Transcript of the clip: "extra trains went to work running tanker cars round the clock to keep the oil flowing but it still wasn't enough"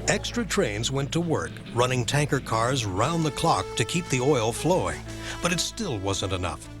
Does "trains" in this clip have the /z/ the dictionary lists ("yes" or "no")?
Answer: yes